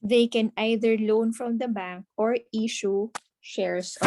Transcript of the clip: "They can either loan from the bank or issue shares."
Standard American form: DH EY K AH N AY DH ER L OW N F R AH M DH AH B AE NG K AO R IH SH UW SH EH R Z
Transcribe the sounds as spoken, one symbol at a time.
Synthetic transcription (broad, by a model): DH EY K AH N AY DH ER L OW N F R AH M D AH B AE NG K AO R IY SH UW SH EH R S